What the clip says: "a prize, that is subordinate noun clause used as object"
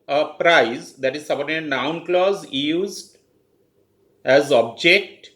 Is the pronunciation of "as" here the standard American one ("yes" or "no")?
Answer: yes